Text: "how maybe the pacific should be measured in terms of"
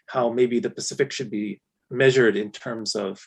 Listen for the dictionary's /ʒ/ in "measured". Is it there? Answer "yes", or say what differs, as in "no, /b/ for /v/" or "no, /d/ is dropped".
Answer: yes